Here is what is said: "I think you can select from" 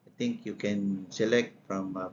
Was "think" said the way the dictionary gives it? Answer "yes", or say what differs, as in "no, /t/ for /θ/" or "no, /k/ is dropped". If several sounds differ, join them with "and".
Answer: no, /t/ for /θ/